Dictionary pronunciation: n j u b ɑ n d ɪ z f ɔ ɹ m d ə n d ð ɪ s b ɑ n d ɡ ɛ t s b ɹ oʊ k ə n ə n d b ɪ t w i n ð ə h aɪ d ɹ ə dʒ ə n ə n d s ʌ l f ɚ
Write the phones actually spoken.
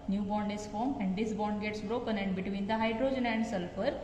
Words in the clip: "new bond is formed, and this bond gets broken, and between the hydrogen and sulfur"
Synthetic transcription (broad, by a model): n j u b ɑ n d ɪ s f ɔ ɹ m ə n d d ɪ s b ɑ n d ɡ ɛ t s b ɹ oʊ k ə n ə n d b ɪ t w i n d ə h aɪ d ɹ ə dʒ ə n ə n d s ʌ l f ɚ